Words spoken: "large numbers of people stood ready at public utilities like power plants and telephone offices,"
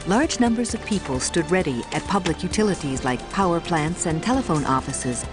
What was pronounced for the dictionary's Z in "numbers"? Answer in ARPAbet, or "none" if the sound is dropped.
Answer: Z